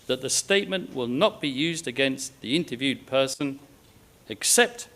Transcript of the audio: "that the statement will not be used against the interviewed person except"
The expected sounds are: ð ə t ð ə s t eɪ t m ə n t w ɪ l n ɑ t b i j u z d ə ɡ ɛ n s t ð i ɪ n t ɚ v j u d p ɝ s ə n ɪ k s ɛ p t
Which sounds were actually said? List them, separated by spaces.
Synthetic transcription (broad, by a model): ð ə t ð ə s t eɪ t m ə n t w ɪ l n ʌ t b i j u z d ə ɡ ɛ n s t ð i ɪ n t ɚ v j u d p ɝ s ə n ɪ k s ɛ p t